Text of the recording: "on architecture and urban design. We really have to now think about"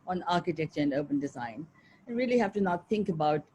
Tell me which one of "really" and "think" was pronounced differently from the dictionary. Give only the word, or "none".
none